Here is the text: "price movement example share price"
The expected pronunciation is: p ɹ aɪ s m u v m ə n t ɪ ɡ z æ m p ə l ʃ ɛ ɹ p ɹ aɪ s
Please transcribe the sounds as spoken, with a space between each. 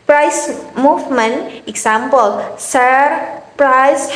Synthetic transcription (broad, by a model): p ɹ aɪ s m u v m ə n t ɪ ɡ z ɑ m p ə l s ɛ ɹ p ɹ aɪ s